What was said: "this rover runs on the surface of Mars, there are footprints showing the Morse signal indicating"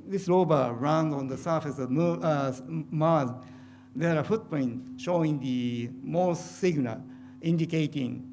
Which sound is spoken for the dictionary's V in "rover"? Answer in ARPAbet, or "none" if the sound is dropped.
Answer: B